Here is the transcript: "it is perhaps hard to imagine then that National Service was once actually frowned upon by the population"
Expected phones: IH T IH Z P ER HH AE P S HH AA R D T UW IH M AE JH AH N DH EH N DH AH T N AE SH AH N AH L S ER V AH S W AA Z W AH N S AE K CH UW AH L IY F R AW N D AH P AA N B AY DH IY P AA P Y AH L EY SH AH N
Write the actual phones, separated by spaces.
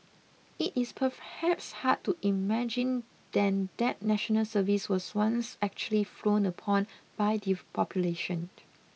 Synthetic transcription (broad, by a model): IH T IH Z P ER HH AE P S HH AA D T UW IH M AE JH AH N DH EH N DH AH T N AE SH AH N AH L S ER V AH S W AA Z W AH N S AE K CH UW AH L IY F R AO N AH P AA N B AY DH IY P AA P Y AH L EY SH AH N